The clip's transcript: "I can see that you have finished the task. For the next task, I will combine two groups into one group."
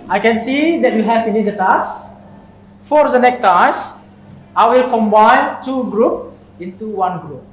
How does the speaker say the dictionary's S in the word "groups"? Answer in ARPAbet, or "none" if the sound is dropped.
none